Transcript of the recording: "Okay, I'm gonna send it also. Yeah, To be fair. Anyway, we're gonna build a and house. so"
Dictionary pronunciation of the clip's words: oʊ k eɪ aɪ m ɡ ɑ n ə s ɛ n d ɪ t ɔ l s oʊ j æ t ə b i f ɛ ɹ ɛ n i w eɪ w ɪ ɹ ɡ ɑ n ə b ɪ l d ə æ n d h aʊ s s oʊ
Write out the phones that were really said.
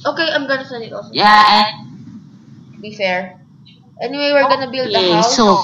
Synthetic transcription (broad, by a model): oʊ k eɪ aɪ m ɡ ɑ n ə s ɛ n ɪ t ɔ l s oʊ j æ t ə b i f ɛ ɹ ɛ n i w eɪ w ɪ ɹ ɡ ɑ n ə b ɪ l d ə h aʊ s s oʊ